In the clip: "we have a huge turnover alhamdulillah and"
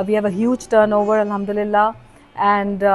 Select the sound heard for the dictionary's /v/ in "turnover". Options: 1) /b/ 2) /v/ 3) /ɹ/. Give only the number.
2